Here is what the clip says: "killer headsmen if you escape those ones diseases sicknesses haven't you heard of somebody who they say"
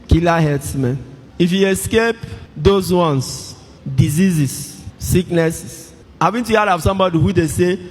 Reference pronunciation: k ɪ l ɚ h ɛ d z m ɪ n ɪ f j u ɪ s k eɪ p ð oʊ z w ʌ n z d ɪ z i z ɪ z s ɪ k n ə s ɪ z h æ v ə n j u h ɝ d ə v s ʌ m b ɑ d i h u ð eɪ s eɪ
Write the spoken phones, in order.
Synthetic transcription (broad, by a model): k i l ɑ h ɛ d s m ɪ n ɪ f j u ɪ s k eɪ p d oʊ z w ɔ n s d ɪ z i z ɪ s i k n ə s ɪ s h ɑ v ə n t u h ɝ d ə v s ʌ m b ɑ d i h u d eɪ s eɪ